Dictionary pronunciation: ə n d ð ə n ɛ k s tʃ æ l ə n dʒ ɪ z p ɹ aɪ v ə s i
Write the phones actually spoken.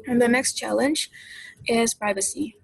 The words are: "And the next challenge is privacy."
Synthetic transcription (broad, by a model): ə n ð ə n ɛ k s tʃ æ l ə n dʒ ɪ z p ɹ aɪ v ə s i